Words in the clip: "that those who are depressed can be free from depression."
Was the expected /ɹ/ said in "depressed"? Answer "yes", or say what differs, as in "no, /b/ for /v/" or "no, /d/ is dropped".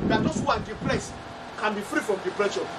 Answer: no, /l/ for /ɹ/